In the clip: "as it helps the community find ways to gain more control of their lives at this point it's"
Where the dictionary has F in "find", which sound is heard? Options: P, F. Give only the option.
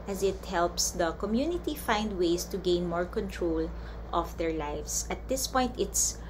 F